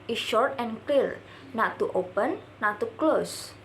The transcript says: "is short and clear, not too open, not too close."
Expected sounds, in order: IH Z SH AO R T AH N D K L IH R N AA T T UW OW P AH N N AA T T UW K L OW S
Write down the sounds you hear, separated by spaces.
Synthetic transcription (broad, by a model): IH SH AO R T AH N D K L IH R N AA T T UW OW P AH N N AA T T UW K L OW S